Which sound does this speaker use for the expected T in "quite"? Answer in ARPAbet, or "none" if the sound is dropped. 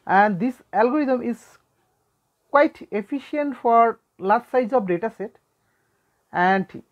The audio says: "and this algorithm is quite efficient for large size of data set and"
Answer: T